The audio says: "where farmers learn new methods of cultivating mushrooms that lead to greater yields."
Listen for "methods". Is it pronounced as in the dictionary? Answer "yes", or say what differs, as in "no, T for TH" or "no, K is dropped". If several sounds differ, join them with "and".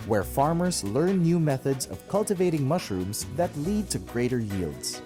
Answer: yes